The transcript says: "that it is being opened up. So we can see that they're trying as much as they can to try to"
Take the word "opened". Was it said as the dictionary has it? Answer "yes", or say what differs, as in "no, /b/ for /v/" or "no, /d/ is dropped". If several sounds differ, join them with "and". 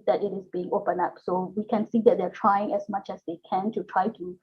no, /d/ is dropped